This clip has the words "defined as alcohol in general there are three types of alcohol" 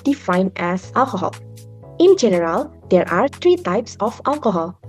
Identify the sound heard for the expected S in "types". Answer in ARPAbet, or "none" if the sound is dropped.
S